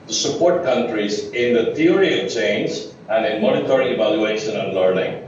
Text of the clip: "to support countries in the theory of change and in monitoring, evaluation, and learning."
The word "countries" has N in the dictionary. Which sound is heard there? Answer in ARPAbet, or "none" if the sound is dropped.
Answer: N